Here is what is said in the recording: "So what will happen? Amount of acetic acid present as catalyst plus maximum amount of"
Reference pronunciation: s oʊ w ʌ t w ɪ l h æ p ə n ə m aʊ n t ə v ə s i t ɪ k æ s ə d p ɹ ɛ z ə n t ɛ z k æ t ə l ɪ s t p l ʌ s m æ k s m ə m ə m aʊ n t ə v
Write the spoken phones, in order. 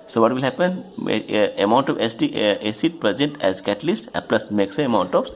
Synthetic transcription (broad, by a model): s oʊ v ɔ t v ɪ l h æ p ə n ə m aʊ n t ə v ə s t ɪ ɛ s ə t p ɹ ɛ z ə n t ɛ z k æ t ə l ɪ s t p l ʌ s m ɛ k s ə ə m aʊ n t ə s